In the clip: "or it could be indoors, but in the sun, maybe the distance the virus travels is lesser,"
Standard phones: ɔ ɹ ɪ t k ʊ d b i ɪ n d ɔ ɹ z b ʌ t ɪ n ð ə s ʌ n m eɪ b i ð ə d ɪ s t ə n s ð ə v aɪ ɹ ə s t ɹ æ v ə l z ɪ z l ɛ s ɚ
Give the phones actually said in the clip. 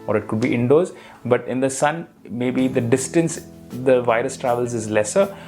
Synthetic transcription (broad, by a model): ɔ ɹ ɪ t k ʊ d b i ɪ n d ɔ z b ʌ t ɪ n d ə s ʌ n m eɪ b i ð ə d ɪ s t ə n s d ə v aɪ ɹ ə s t ɹ æ v ə l z ɪ z l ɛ s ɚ